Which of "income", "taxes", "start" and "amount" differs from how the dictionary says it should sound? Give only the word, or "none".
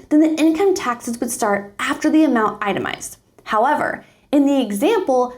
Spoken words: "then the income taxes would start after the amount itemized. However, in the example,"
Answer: none